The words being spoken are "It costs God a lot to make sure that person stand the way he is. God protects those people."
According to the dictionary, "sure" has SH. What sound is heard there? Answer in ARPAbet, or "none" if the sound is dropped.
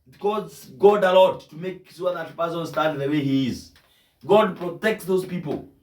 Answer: S